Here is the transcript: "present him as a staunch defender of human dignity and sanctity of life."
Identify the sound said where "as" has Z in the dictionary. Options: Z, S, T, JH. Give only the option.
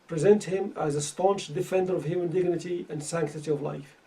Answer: Z